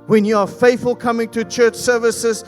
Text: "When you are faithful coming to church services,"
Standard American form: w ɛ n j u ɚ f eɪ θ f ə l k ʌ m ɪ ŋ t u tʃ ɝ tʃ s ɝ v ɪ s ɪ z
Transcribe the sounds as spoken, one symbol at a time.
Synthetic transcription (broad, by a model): w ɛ n j u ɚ f eɪ θ f ə l k ʌ m ɪ ŋ t u tʃ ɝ tʃ s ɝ v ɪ s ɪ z